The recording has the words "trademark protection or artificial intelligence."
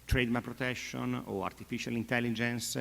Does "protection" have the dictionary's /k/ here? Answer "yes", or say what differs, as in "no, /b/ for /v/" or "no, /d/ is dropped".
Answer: no, /k/ is dropped